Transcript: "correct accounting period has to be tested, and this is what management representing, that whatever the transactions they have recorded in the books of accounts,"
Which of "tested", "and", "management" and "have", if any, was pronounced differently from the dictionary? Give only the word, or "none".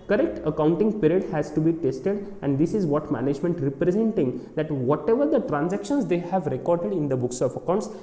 none